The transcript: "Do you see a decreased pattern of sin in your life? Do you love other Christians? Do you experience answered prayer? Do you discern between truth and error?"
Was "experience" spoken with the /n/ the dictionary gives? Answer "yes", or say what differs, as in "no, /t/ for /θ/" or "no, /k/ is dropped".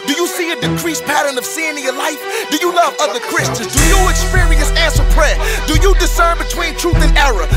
no, /n/ is dropped